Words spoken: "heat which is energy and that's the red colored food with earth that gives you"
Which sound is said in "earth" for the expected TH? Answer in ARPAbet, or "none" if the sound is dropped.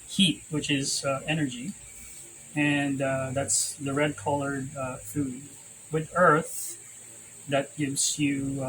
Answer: TH